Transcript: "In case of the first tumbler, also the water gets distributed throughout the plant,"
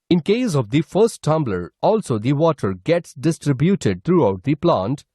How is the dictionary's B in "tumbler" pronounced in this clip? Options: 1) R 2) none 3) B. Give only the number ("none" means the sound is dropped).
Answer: 3